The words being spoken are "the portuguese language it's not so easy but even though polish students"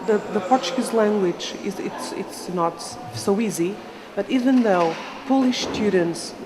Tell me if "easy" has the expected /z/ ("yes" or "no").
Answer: yes